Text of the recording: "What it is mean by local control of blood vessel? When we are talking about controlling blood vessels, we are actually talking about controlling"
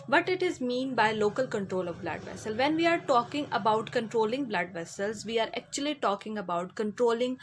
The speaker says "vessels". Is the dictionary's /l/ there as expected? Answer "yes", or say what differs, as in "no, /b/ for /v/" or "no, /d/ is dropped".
yes